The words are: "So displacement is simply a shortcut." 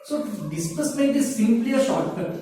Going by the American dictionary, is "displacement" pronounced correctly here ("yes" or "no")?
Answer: no